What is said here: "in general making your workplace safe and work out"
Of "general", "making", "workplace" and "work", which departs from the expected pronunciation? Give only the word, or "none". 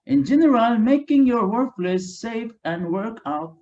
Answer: workplace